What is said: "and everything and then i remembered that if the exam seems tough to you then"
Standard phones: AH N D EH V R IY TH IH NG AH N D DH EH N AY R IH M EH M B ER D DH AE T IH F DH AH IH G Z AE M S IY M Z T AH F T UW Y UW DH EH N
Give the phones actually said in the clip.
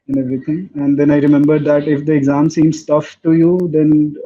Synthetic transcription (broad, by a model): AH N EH V R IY T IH NG AH N D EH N AY R IH M EH M B ER D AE T IH F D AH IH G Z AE M S IY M S T AH F T UW Y UW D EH N